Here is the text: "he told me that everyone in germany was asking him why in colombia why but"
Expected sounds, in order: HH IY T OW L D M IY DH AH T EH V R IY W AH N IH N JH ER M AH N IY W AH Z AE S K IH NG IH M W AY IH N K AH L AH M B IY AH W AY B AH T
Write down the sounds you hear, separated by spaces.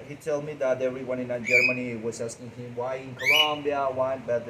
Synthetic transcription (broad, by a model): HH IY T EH L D M IY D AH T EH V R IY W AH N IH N JH ER M AH N IY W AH S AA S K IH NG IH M W AY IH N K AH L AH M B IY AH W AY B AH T